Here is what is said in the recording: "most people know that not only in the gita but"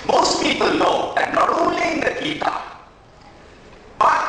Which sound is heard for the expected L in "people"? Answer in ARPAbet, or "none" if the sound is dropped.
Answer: L